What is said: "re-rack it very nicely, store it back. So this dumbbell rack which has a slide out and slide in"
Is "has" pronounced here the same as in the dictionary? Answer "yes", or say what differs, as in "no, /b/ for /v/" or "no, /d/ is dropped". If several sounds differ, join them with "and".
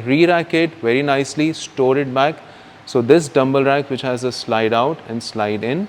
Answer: yes